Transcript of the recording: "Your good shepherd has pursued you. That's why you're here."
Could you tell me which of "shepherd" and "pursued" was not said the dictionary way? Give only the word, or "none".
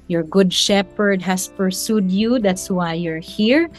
none